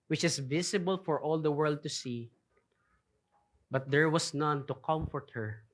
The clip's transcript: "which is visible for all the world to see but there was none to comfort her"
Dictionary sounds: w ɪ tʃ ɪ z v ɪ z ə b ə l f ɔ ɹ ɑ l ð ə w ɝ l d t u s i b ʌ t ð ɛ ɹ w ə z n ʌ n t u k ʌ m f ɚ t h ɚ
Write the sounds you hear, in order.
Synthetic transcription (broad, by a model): w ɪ tʃ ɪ s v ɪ s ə b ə l f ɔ ɹ ɑ l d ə w ɝ l d t u s i b ʌ t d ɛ ɹ w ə s n ʌ n t u k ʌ m f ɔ t h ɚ